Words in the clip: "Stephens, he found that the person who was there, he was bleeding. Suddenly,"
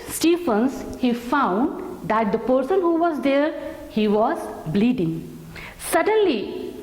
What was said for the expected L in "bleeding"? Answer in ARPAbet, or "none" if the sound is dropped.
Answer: L